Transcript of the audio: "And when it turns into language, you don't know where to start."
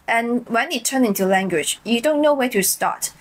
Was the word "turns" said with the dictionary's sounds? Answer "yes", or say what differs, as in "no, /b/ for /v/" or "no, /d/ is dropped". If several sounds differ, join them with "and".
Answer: no, /z/ is dropped